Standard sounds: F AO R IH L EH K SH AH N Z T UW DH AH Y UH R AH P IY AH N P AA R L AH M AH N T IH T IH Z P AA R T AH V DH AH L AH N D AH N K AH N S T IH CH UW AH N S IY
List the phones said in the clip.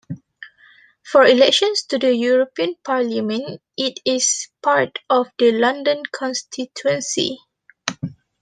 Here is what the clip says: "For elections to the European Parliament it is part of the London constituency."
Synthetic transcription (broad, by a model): F AO R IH L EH K SH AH N S T UW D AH Y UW R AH P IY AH N P AA R L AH M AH N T IH T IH S P AA R T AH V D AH L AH N D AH N K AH N S T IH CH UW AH N S IY